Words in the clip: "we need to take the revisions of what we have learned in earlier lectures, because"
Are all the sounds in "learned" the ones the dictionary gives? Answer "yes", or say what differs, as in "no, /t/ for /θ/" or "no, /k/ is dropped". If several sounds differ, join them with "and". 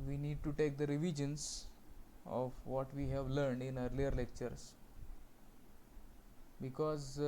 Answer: yes